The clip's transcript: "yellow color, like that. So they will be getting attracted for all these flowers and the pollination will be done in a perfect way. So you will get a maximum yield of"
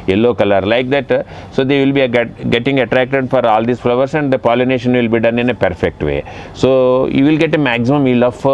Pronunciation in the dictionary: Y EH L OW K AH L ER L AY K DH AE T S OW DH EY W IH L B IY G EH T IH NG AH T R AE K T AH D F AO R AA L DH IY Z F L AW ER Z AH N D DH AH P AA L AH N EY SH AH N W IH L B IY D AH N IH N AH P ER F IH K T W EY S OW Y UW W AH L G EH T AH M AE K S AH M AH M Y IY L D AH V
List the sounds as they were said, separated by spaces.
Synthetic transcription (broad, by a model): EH L OW K AH L ER L AY K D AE T S OW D EY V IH L B IY G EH T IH NG AH T R AE K T AH D F AO R AA L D IY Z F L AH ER S AH N D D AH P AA L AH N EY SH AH N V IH L B IY D AH N IH N AH P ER F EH K T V EY S OW Y UW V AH L G EH T AH M AE K S AH M AH M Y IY L AH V